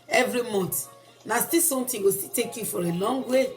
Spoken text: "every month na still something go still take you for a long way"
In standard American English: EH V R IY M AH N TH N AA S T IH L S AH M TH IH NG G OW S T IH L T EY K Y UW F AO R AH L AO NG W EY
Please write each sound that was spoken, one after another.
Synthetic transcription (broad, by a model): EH V R IY M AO N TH N AA S T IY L S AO M T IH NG G OW S T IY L T EY K Y UW F AO R AH L AO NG W EY